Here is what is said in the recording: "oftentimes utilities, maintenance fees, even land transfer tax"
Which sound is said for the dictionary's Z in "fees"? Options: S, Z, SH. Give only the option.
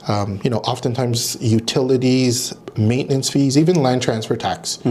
Z